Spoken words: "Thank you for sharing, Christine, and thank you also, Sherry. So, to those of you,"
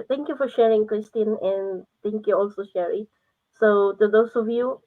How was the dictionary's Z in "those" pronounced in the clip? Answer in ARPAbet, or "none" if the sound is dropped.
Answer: S